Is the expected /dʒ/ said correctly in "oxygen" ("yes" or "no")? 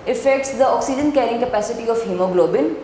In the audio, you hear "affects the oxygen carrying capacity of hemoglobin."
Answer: yes